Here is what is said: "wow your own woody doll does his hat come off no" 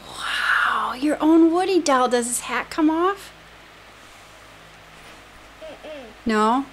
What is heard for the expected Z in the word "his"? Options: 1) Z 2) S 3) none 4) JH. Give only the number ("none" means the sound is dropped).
2